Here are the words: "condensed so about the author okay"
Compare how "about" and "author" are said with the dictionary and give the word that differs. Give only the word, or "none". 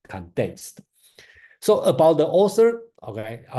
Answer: author